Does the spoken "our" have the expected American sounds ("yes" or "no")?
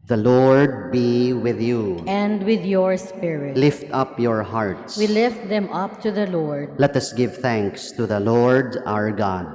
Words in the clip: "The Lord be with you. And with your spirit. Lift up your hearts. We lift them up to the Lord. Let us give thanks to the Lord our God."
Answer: yes